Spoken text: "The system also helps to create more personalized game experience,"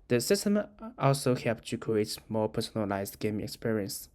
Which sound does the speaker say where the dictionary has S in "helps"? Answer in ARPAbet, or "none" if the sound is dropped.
none